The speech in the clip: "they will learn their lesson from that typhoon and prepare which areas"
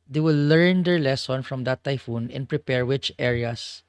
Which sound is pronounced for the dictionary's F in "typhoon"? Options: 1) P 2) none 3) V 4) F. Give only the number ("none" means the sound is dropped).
4